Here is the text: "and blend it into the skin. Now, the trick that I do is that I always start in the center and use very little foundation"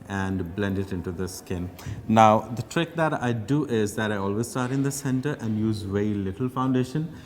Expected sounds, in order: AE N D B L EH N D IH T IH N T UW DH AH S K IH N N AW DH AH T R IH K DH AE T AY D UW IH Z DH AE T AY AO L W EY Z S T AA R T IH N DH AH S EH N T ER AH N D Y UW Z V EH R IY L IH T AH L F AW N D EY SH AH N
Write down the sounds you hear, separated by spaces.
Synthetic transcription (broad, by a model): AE N D B L EH N D IH T IH N T UW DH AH S K IH N N AW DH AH T R IH K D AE T AY D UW IH Z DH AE T AY AO L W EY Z S T AA R T IH N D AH S EH N T ER AH N D Y UW Z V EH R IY L IH T AH L F AW N D EY SH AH N